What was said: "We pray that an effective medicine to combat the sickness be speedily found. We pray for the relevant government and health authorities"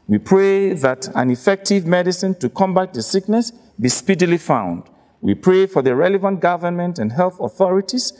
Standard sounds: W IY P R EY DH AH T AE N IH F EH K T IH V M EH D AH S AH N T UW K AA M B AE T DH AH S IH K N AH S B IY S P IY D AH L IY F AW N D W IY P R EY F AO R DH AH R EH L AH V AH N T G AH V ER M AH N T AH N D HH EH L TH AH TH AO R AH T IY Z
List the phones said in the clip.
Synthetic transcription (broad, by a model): W IY P R EY DH AH T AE N IH F EH K T IH V M EH D AH S AH N T UW K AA M B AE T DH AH S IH K N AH S B IY S P IY D AH L IY F AW N D W IY P R EY F AO R DH AH R EH L AH V AH N T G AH V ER M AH N T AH N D HH EH L TH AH TH AO R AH T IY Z